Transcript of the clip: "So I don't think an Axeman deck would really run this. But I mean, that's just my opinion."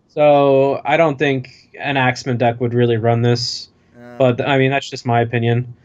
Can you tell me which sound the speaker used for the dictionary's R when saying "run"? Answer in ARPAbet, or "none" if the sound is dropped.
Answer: R